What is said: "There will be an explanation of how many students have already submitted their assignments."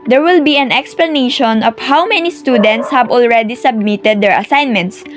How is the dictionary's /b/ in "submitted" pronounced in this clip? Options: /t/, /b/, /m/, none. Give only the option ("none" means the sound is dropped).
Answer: /b/